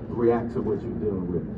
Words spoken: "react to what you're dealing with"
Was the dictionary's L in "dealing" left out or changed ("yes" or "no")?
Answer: yes